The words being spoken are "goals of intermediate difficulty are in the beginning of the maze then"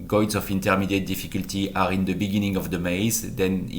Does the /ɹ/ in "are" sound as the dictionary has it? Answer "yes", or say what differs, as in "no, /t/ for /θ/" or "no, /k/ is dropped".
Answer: yes